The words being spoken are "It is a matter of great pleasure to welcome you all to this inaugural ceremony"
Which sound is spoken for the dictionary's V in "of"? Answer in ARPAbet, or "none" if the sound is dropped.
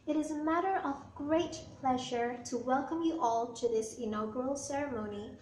V